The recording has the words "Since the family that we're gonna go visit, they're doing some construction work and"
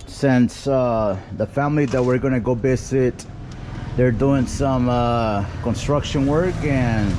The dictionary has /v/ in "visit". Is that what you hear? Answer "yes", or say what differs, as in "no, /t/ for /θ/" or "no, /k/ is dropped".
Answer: no, /b/ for /v/